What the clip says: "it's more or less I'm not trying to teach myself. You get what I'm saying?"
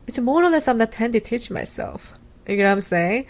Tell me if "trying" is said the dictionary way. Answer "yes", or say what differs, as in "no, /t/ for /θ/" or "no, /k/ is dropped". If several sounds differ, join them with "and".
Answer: no, /ɹ/ is dropped